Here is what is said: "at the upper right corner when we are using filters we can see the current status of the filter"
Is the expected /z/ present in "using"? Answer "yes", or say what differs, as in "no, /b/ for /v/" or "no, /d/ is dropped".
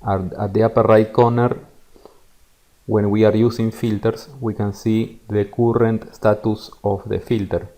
no, /s/ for /z/